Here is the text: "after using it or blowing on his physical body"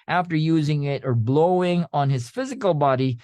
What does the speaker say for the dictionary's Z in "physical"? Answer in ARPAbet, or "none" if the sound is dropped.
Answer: Z